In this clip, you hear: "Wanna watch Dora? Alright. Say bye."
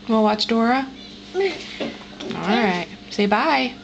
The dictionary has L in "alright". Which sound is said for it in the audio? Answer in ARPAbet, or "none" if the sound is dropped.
L